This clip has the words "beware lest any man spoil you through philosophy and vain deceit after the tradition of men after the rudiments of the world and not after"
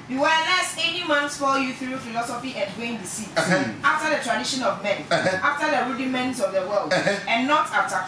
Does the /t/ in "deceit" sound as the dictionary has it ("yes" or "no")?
no